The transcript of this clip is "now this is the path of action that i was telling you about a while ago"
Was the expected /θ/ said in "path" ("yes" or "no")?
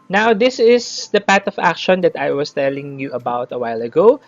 no